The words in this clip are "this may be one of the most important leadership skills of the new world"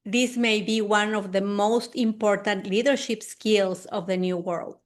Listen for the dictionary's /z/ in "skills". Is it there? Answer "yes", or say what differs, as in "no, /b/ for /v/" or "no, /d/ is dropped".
no, /s/ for /z/